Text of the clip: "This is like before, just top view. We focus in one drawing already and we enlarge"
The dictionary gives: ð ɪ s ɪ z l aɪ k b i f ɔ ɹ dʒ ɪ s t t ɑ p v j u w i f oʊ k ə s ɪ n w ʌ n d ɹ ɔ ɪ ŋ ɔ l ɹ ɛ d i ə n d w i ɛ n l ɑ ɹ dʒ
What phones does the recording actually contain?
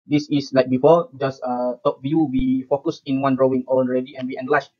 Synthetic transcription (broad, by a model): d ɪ s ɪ s l aɪ k b i f ɔ dʒ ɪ s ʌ t ɑ p v j u w i f oʊ k ə s ɪ n w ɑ n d ɹ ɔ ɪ ŋ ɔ n ɹ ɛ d i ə n w i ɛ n l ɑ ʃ